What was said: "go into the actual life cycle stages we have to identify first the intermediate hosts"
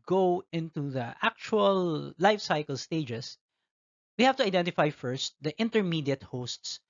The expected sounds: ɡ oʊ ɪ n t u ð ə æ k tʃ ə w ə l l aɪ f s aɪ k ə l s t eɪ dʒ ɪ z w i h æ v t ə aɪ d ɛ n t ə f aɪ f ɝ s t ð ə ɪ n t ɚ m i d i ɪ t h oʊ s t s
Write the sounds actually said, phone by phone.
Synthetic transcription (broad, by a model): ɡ oʊ ɪ n t u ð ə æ k tʃ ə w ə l l aɪ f s aɪ k ə l s t eɪ dʒ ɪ s w i h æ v t ə aɪ d ɛ n t ə f aɪ f ɝ s t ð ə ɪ n t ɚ m i d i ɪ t h oʊ s t s